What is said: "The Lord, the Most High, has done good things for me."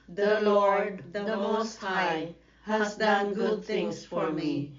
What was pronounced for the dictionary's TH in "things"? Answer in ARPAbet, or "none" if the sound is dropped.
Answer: T